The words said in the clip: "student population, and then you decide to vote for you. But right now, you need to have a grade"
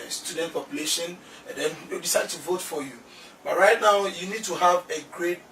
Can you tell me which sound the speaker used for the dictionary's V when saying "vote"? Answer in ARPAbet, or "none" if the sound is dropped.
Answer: V